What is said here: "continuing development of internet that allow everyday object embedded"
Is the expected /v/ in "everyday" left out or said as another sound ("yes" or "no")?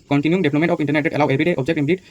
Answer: yes